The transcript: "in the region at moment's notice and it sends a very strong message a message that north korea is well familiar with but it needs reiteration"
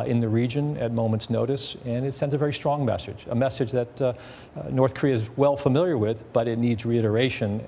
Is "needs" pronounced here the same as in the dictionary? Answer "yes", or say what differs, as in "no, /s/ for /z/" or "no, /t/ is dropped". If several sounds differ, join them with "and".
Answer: yes